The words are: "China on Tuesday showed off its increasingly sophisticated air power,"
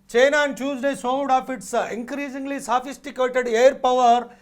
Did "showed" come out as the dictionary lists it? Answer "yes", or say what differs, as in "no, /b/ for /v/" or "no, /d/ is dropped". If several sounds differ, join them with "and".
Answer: no, /s/ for /ʃ/